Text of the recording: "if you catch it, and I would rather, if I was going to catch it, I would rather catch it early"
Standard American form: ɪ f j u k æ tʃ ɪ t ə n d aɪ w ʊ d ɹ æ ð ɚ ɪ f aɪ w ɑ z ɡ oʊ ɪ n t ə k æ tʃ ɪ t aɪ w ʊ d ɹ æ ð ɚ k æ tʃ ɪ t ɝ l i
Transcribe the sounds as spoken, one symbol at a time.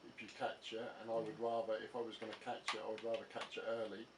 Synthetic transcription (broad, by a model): ɪ f j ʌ k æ tʃ ɪ t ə n aɪ w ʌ d ɹ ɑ ð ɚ ɪ f aɪ w ɑ z ɡ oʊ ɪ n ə k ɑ tʃ ɪ t aɪ w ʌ d ɹ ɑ ð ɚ k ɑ tʃ ɪ t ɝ l i